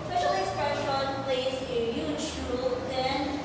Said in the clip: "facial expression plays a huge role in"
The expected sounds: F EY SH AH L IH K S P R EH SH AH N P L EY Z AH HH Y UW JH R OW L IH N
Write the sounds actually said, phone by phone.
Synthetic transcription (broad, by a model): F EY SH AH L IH S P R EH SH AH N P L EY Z AH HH Y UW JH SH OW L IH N